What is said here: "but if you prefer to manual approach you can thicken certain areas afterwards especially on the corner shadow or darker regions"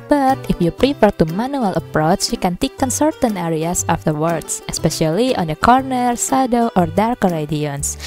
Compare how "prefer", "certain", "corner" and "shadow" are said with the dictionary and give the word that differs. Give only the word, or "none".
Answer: shadow